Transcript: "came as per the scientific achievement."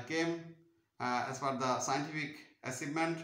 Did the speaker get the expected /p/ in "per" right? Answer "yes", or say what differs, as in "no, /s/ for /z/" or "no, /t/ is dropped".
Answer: no, /f/ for /p/